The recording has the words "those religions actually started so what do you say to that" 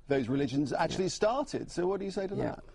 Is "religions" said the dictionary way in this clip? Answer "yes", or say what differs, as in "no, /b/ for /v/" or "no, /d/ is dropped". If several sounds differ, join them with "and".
yes